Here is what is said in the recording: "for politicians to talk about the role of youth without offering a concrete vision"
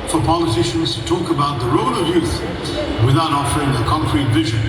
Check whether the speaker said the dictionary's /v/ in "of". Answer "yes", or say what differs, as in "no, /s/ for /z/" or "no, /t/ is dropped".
yes